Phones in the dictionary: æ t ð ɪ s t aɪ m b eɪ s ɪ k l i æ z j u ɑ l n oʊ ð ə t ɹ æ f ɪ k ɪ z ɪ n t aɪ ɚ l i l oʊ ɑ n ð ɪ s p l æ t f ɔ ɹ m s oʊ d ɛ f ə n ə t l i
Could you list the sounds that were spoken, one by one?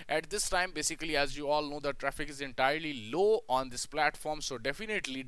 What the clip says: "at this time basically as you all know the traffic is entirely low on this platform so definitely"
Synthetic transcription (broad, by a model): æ t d ɪ s t aɪ m b eɪ s ɪ k l i æ z j u ɑ l n oʊ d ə t ɹ æ f ɪ k ɪ z ɪ n t aɪ ɚ l i l oʊ ɑ n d ɪ s p l æ t f ɔ ɹ m s oʊ d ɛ f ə n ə t l i